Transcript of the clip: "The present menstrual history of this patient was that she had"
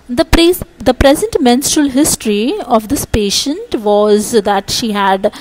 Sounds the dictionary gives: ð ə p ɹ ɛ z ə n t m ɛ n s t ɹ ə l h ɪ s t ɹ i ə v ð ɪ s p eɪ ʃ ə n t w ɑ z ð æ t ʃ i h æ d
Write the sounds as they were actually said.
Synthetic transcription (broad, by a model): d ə p ɹ ɛ z ə n t m ɛ n s t ɹ ə l h ɪ s t ɹ i ə v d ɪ s p eɪ ʃ ə n t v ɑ z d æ t ʃ i h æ d